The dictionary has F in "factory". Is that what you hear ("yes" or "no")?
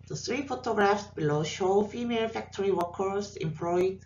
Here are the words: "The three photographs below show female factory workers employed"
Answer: yes